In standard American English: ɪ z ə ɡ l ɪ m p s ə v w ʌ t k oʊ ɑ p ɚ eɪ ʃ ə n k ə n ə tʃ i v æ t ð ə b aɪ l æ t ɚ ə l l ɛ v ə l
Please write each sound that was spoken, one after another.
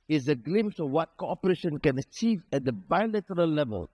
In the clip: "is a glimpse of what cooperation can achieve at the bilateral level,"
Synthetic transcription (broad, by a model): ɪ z ə ɡ l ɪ m s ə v w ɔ t k oʊ ɑ p ɚ eɪ ʃ ə n k ə n ə tʃ i v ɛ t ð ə b aɪ l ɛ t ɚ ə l l ɛ v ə l